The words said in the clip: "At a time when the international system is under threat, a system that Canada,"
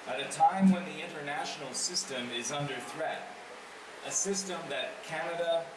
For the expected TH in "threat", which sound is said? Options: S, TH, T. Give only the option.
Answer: TH